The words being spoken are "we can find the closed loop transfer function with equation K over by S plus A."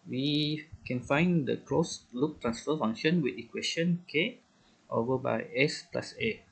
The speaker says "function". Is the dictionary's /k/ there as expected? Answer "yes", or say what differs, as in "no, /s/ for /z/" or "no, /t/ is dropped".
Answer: no, /k/ is dropped